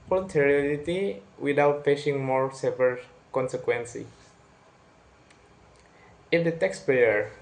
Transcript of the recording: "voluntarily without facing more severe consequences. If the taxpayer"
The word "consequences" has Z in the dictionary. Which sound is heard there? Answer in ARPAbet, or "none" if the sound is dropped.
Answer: none